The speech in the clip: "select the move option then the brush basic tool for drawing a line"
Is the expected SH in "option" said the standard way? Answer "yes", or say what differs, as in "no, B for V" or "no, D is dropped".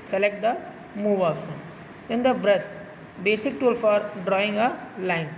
no, S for SH